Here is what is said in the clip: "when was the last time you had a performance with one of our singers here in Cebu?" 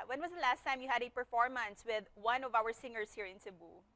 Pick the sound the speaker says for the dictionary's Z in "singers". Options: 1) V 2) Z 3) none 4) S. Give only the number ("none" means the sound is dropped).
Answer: 4